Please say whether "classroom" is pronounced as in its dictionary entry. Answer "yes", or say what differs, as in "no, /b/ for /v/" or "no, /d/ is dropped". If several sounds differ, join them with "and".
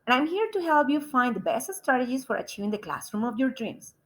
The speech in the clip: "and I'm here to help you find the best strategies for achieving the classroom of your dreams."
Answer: yes